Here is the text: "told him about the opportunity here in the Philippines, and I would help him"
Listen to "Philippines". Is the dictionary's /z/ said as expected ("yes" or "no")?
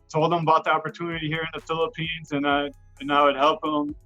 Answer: yes